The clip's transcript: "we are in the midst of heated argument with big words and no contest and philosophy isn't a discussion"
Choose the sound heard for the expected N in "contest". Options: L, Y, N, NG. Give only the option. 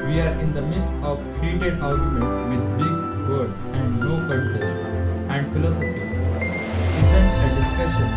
L